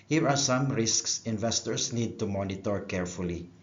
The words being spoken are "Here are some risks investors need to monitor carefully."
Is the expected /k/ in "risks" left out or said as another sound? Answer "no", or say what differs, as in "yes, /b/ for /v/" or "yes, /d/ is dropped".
no